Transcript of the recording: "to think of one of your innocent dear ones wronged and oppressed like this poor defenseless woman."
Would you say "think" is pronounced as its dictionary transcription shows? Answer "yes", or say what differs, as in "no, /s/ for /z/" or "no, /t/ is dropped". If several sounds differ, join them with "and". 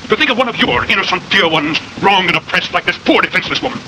yes